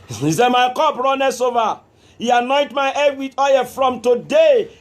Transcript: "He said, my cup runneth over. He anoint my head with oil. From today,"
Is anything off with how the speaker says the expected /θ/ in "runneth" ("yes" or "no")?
yes